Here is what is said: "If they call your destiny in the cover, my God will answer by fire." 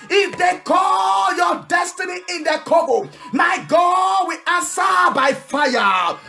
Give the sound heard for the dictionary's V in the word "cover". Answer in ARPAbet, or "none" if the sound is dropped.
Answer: B